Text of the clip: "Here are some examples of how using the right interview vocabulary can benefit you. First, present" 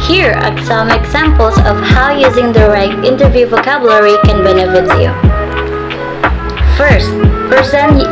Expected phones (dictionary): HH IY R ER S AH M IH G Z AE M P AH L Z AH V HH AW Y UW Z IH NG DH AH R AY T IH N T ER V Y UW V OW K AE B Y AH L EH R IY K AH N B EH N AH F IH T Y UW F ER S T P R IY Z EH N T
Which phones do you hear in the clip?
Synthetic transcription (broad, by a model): HH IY R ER S AH M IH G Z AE M P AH L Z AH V HH AW Y UW Z IH NG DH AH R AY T IH N T ER V Y UW V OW K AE B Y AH L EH R IY K AH N B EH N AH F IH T Y UW F ER S T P R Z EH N